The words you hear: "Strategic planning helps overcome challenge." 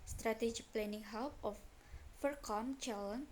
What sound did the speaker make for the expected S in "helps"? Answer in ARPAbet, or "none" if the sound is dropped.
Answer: none